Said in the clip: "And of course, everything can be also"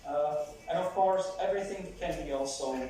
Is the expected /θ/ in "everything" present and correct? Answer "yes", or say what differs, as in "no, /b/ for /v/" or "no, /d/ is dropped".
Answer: yes